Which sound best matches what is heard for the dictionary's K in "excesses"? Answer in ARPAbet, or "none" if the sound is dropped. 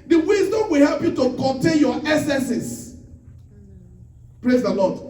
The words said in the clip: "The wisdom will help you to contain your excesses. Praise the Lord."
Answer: none